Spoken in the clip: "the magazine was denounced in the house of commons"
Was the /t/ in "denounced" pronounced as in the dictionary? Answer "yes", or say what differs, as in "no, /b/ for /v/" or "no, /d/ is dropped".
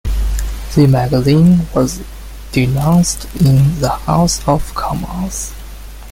yes